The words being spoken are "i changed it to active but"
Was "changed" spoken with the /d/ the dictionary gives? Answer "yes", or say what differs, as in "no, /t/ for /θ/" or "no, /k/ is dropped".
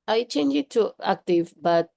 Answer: no, /d/ is dropped